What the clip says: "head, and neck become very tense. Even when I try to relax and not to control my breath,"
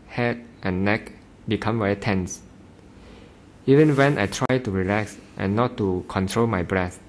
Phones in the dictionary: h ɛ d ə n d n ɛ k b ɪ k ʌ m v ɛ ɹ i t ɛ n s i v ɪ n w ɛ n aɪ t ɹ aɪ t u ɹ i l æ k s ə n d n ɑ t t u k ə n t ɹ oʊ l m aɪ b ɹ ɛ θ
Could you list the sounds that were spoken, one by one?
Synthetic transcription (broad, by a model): h ɛ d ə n n ɛ k b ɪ k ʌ m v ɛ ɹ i t ɛ n s i v ɪ n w ɛ n aɪ t ɹ aɪ t u ɹ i l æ k s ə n n ɑ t t u k ə n t ɹ oʊ l m aɪ b ɹ ɛ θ